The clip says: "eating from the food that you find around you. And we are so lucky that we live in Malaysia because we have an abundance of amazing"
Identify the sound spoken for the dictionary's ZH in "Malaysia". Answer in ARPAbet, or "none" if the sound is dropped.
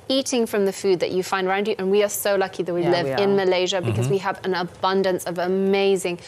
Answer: ZH